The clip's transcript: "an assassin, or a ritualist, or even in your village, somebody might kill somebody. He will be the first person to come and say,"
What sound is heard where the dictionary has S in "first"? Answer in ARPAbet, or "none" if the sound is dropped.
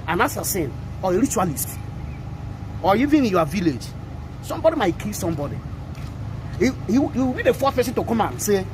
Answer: none